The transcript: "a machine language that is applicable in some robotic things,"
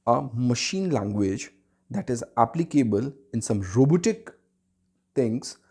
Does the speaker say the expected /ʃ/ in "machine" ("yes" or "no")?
yes